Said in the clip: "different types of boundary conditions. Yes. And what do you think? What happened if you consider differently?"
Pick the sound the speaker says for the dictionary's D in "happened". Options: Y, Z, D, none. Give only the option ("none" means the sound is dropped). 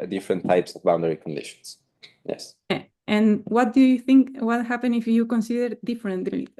none